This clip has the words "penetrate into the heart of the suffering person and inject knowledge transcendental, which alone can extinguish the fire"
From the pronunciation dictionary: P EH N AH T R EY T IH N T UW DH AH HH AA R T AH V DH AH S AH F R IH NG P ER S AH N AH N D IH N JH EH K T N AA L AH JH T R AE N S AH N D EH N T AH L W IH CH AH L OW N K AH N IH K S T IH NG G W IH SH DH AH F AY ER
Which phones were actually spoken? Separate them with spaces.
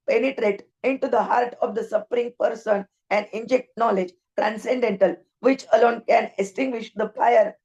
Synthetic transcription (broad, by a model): P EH N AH T R EY T IH N T UW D AH HH AA R T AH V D AH S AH P R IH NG P ER S AH N AH N D IH N JH EH K T N AA L AH JH T R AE N S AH N D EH N T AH L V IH CH AH L OW N K AH N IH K S T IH NG G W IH SH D AH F AY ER